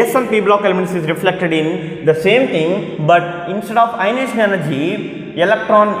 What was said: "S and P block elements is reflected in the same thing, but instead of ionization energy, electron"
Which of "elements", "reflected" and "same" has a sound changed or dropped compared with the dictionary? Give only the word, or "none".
elements